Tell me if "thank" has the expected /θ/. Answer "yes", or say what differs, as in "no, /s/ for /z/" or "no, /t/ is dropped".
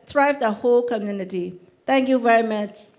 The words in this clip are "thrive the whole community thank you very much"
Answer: no, /t/ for /θ/